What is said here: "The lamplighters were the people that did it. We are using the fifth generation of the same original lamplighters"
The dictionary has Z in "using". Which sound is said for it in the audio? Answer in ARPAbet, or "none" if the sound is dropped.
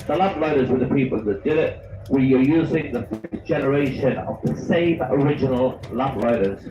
Z